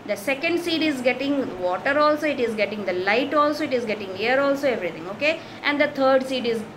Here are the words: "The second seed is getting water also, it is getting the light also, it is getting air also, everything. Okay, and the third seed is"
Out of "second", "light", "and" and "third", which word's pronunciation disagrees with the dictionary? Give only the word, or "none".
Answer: third